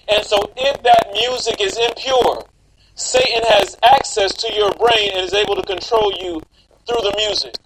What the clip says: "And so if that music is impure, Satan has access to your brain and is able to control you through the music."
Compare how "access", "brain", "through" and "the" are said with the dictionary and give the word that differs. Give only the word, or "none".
none